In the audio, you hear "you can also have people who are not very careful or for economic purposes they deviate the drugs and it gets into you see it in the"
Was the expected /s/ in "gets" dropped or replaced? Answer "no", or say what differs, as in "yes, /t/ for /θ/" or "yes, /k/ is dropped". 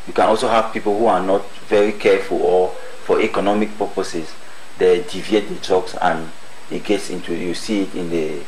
no